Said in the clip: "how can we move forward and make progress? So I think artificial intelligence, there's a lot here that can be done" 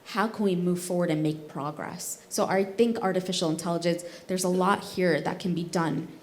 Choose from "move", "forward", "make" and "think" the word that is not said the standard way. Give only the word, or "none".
none